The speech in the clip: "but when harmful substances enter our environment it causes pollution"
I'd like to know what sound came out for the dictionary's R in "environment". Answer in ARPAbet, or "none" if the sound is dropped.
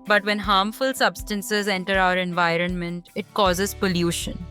R